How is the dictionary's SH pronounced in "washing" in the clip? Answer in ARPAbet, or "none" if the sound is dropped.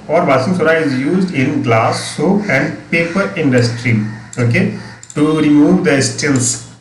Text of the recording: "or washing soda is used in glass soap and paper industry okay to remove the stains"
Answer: S